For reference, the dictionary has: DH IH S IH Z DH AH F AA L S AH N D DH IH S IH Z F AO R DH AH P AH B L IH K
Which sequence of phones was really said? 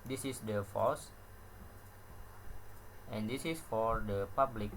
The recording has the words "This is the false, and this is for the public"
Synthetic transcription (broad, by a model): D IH S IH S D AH F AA S AH N D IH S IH S F AO R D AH P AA B L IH K